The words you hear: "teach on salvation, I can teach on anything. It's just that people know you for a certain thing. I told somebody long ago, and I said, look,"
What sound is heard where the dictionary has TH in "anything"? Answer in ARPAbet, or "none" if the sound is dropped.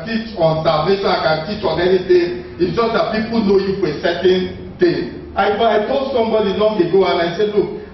T